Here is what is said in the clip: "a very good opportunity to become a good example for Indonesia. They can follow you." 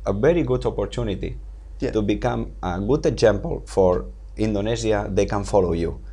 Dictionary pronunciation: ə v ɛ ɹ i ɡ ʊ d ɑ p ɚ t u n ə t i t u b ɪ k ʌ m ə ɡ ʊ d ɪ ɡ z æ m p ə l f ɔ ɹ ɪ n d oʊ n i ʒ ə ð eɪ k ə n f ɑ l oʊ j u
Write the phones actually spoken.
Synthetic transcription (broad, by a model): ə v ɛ ɹ i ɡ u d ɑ p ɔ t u n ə t i t u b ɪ k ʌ m ə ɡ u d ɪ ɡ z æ m p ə l f ɔ ɹ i n d oʊ n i z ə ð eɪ k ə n f ɑ l oʊ j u